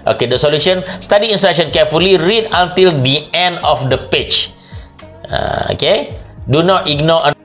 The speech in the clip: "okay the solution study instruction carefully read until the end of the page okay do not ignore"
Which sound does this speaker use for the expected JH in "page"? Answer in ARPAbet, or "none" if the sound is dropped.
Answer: CH